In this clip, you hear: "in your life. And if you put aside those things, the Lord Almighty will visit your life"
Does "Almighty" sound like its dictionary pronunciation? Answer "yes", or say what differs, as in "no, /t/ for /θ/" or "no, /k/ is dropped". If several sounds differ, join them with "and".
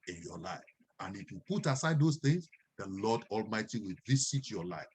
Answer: yes